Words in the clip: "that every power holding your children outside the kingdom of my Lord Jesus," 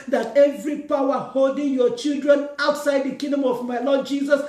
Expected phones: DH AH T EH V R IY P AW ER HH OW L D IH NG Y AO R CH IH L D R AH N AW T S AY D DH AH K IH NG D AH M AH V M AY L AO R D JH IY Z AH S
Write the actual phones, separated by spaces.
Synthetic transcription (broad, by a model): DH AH T EH V R IY P AW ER HH OW L D IH NG Y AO CH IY L D R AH N AW T S AY D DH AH K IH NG D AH M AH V M AY L AO D JH IY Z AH S